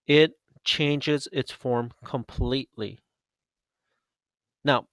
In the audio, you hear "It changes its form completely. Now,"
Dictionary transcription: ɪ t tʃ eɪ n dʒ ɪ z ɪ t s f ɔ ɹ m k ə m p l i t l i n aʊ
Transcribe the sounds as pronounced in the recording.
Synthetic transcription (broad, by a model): ɪ t tʃ eɪ n dʒ ɪ z ɪ t s f ɔ ɹ m k ə m p l i t l i n aʊ